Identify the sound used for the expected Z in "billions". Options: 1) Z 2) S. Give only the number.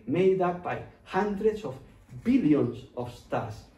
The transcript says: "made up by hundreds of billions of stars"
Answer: 2